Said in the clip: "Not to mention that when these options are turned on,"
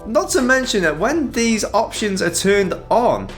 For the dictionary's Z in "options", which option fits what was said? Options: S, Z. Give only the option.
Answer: Z